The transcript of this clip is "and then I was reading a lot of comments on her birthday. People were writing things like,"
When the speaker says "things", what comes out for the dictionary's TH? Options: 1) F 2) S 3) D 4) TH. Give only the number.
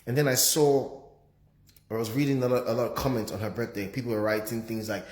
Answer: 4